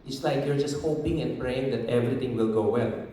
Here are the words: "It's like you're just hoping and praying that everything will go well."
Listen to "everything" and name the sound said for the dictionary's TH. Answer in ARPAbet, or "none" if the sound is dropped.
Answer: T